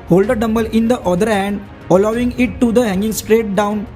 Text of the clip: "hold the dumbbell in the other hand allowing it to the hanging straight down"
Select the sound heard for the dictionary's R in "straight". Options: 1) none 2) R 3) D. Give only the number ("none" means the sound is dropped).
2